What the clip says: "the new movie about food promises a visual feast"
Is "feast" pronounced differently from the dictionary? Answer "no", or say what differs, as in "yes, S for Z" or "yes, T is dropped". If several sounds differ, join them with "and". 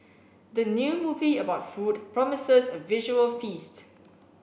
no